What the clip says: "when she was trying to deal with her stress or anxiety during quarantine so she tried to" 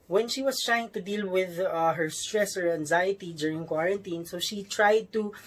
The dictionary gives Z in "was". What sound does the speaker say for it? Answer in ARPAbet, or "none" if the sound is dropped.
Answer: S